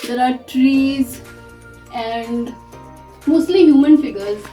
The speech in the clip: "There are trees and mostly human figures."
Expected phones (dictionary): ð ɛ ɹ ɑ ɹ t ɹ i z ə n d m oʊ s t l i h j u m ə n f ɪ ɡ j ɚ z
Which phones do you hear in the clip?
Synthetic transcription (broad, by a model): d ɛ ɹ ɑ ɹ t ɹ i z ə n d m oʊ s t l i h j u m ə n f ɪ ɡ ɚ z